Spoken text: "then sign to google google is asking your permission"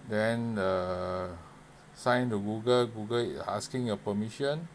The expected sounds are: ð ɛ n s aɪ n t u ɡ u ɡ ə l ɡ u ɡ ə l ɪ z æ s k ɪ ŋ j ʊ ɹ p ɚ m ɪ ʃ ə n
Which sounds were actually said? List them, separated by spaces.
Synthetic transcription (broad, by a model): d ɛ n s aɪ n t u ɡ u ɡ ə l ɡ u ɡ ə l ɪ s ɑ s k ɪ ŋ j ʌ p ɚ m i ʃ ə n